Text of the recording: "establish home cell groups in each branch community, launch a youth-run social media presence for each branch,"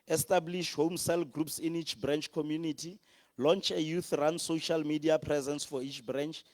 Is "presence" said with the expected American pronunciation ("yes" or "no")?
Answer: yes